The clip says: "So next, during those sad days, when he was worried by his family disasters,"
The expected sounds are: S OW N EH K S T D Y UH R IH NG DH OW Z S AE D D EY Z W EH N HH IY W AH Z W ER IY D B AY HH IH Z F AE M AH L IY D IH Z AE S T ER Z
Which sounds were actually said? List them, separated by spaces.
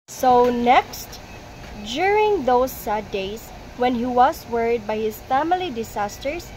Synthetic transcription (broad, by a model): S OW N EH K S T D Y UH R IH NG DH OW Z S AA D D EY S W EH N HH IY W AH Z W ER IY D B AY HH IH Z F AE M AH L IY D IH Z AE S T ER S